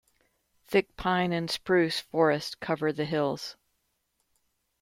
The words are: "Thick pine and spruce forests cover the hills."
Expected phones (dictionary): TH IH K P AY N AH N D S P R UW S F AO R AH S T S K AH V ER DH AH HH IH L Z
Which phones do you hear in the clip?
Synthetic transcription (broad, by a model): TH IH K P AY N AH N S P R UW S F AO R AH S T K AH V ER DH AH HH IH L Z